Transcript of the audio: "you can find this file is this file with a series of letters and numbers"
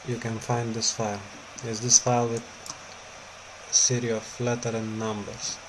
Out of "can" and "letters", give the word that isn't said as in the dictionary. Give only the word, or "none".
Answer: letters